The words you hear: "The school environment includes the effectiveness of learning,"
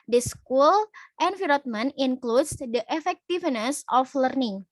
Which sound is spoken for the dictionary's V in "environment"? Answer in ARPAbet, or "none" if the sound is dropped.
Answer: F